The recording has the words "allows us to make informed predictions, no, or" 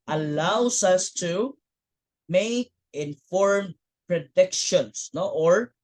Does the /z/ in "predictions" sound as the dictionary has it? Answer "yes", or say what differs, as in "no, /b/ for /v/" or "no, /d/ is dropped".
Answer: no, /s/ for /z/